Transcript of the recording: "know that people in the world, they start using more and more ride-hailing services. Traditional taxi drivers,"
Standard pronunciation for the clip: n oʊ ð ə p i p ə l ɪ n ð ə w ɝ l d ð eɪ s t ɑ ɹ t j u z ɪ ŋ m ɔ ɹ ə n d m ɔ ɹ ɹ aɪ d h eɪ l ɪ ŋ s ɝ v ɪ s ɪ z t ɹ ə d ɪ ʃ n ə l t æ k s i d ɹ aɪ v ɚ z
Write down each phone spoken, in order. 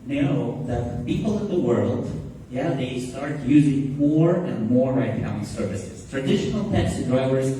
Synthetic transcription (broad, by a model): n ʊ ð ə p i p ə l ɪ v ð ə w ɝ l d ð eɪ s t ɑ ɹ t j u z ɪ ŋ m ɔ ɹ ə n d m ɔ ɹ ɹ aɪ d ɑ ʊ ɪ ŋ s ɝ v ɪ s ɪ z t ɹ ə d ɪ ʃ n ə l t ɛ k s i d ɹ aɪ v ɚ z